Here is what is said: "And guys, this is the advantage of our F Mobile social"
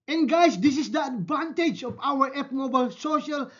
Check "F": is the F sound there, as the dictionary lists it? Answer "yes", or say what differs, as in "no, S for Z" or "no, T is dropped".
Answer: no, P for F